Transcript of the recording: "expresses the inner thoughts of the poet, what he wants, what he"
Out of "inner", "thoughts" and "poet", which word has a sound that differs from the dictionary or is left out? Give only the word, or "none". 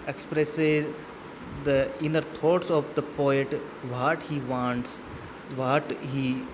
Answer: thoughts